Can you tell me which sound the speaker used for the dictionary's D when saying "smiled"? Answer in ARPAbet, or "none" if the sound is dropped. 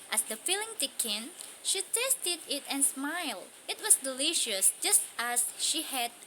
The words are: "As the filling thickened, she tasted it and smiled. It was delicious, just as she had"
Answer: D